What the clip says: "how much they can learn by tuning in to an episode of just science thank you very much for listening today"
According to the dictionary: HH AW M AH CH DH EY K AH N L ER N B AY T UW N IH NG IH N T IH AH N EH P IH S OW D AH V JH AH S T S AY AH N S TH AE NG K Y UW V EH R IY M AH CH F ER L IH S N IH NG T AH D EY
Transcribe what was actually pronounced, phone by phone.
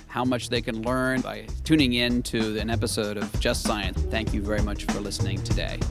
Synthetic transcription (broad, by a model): HH AW M AH CH DH EY K AH N L ER N B AY T UW N IH NG IH N T IH AH N EH P IH S OW D AH V JH AH S T S AY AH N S TH AE NG K Y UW V EH R IY M AH CH F ER L IH S N IH NG T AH D EY